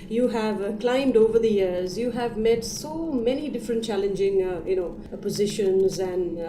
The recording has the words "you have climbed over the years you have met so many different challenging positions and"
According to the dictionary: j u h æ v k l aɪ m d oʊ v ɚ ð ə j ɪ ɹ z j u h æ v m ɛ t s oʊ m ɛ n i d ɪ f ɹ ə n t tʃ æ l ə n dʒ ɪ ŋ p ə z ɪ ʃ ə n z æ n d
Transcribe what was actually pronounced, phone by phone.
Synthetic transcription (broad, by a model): j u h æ v k l aɪ m d oʊ v ɚ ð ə j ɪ ɹ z j u h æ v m ɛ t s oʊ m ɛ n i d ɪ f ɹ ə n t tʃ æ l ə n dʒ ɪ ŋ p ə z ɪ ʃ ə n z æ n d